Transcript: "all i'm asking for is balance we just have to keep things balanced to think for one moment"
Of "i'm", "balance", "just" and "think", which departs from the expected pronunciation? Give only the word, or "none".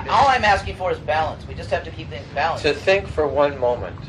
none